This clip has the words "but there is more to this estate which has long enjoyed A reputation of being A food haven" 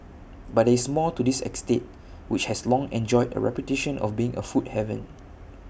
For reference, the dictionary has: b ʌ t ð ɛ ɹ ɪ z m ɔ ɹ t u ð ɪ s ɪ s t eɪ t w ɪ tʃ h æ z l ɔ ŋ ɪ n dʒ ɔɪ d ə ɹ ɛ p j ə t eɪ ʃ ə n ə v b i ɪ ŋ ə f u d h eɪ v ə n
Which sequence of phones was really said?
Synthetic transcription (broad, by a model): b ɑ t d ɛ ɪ s m ɔ l t u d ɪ s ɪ s t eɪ t w ɪ tʃ h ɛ s l ɔ ŋ ɪ n dʒ ɔɪ d ə ɹ ɛ p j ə t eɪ ʃ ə n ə f b i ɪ ŋ ə f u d h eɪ v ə n